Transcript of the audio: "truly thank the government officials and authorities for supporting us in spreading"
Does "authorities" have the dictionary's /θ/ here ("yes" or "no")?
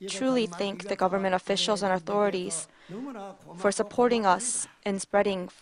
yes